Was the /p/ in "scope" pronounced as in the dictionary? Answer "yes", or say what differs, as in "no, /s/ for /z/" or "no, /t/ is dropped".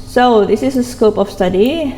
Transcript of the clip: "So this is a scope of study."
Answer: yes